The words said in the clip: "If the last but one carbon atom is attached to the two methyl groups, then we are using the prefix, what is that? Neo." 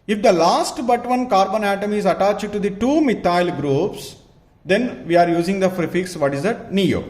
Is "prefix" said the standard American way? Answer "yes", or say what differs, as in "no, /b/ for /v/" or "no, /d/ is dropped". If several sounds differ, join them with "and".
no, /f/ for /p/